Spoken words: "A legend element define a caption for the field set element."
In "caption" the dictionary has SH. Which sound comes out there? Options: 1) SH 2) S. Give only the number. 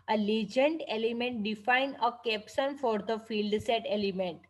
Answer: 2